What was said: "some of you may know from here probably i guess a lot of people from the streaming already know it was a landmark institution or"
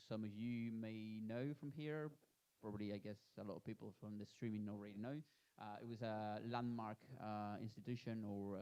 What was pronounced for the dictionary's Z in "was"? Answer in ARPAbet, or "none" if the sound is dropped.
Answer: Z